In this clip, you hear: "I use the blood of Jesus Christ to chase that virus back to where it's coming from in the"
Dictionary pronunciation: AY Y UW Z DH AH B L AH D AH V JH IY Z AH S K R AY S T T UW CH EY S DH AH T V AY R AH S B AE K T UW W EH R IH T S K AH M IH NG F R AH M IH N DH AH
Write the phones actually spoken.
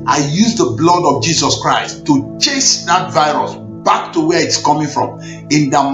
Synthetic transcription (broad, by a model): AY Y UW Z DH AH B L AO D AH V JH IY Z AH S K R AY S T T UW CH EY S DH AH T V AY R AH S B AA K T UW W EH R IH T S K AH M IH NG F R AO M IH N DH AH